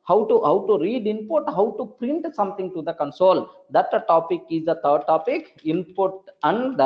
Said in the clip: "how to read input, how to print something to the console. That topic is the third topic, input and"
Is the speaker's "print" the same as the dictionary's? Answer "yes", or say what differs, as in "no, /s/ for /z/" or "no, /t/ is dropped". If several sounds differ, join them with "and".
yes